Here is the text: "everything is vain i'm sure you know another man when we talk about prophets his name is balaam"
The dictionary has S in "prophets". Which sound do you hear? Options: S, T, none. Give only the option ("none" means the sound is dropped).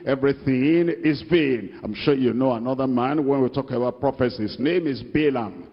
S